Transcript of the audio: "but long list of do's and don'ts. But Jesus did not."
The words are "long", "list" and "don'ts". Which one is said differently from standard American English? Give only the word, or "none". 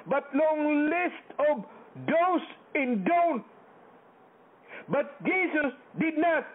don'ts